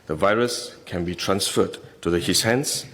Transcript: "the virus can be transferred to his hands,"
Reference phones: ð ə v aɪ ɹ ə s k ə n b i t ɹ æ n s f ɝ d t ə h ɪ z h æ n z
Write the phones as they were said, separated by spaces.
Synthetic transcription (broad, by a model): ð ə v aɪ ɹ ə s k ə n b i t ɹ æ n s f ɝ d t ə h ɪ s h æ n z